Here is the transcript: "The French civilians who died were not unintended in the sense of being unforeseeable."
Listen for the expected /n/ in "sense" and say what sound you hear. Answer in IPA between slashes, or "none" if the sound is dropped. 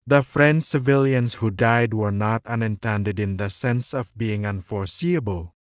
/n/